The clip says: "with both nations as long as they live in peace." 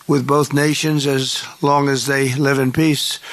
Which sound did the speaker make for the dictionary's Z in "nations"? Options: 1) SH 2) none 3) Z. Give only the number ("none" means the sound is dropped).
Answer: 3